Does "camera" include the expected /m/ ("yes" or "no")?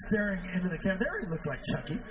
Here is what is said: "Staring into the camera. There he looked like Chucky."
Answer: no